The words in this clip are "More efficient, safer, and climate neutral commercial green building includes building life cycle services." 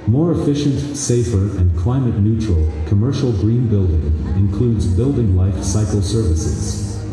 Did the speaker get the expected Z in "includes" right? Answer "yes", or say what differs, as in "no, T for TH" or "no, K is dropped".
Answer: yes